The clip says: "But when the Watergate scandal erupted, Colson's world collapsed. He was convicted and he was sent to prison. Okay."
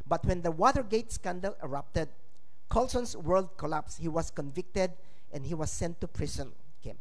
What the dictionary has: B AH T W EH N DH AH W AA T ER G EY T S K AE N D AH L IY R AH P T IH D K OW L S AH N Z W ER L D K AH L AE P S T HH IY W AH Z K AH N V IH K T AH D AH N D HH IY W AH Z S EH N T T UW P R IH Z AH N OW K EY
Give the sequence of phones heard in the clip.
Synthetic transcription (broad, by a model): B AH T W EH N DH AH W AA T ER G EY T S K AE N D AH L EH R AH P T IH D K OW L S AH N S W ER L D K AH L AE P S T HH IY W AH S K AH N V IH K T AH D AH N D HH IY W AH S EH N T T UW P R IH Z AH N K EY